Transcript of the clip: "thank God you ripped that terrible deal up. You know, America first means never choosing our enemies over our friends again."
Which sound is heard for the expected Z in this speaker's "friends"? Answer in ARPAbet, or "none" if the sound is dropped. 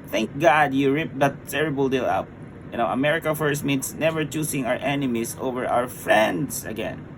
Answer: S